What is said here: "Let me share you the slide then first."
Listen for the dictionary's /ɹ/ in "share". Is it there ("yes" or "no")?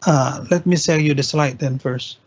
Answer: no